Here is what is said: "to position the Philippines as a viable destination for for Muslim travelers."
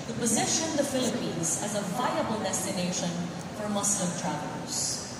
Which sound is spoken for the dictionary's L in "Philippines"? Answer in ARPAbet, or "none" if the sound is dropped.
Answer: L